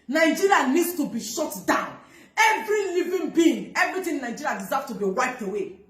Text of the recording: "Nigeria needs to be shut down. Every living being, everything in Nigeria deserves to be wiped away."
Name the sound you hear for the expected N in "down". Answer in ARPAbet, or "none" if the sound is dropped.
N